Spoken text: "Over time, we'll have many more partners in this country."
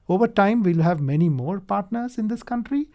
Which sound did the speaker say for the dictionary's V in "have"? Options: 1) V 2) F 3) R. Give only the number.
1